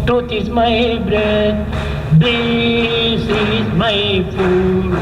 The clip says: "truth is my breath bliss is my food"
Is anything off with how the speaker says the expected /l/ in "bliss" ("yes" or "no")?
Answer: yes